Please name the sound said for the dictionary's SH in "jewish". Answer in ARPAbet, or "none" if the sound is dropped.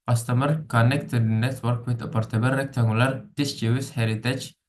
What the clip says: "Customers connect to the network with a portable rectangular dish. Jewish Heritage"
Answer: S